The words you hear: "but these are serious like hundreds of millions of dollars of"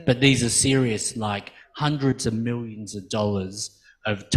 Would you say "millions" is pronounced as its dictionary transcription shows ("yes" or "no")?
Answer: yes